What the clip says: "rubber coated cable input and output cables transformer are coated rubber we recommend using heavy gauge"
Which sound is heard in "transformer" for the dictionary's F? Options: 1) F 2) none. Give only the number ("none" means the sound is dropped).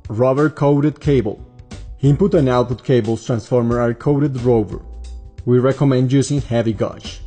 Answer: 1